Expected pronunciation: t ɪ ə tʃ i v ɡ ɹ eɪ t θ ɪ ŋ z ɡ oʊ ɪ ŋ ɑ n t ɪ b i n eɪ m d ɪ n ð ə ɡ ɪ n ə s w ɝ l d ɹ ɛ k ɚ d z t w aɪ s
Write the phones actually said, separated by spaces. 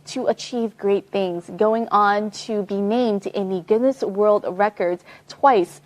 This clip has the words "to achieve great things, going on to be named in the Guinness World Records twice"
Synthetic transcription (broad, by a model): t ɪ ə tʃ i v ɡ ɹ eɪ t θ ɪ ŋ z ɡ oʊ ɪ ŋ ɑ n t ɪ b i n eɪ m d ɪ n ð ə ɡ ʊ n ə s w ɝ l d ɹ ɛ k ɚ d z t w aɪ s